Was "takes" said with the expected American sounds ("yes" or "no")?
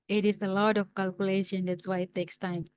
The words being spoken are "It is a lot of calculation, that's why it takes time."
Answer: yes